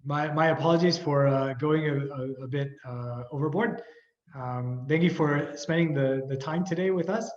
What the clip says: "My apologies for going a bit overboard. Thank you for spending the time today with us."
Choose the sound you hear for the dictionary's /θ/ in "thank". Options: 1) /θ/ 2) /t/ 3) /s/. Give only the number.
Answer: 1